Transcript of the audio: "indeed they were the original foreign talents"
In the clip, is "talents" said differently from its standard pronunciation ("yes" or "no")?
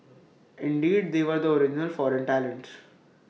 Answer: yes